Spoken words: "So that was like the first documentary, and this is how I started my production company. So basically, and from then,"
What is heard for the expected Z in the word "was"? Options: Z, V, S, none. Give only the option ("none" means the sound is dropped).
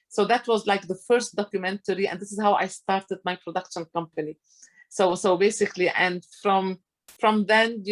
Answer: Z